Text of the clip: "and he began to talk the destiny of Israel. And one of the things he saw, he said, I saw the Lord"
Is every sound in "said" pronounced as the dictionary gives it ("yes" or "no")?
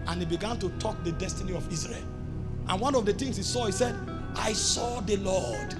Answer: yes